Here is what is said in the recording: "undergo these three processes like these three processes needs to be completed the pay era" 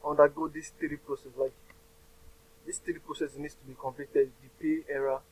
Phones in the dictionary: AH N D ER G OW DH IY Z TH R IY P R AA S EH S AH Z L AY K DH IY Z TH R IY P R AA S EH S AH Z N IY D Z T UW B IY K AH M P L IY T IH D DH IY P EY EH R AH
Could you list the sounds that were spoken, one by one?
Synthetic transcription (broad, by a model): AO N D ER G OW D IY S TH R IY P R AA S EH S L AY K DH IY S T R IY P R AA S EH S N IY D S T UW B IY K AH M P L IY T IH D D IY P EY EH R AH